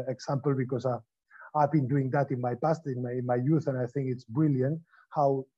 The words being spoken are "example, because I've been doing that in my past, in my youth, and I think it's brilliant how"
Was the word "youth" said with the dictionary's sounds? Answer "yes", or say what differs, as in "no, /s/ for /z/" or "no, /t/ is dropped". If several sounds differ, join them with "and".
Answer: yes